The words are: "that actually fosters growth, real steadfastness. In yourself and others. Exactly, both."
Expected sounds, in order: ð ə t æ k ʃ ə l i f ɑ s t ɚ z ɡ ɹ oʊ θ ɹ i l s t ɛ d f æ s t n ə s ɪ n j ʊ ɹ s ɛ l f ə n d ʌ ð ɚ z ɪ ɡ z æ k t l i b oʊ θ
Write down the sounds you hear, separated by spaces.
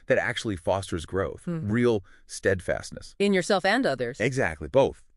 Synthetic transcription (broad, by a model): ð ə t æ k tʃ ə l i f ɑ s t ɚ z ɡ ɹ oʊ θ ɹ i l s t ɛ d f æ s t n ə s ɪ n j ʊ ɹ s ɛ l f ə n d ʌ ð ɚ z ɪ ɡ z æ k t l i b oʊ θ